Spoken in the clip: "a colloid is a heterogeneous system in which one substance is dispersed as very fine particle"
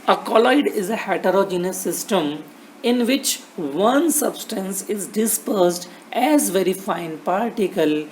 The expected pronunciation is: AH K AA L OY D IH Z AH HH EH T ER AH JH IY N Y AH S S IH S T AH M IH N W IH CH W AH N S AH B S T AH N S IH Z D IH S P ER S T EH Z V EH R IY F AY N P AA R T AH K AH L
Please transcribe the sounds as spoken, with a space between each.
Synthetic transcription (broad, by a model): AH K AA L OY D IH Z AH HH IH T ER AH JH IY N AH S S IH S T AH M IH N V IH CH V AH N S AH B S T AH N S IH Z D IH S P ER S T EH Z V EH R IY F AY N P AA R T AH K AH L